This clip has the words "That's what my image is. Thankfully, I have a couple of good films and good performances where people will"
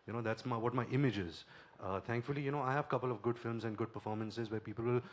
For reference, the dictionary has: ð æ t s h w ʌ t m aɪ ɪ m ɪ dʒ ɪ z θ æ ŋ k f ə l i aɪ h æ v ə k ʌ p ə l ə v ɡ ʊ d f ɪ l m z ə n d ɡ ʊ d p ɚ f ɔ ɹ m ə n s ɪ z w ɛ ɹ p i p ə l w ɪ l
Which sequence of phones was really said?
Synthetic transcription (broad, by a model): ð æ t s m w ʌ t m aɪ ɪ m ɪ dʒ ɪ z t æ ŋ k f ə l i aɪ h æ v ə k ʌ p ə l ə v ɡ ʊ d f ɪ l m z ə n d ɡ ʊ d p ɚ f ɔ ɹ m ə n s ɪ z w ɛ ɹ p i p ə l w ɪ l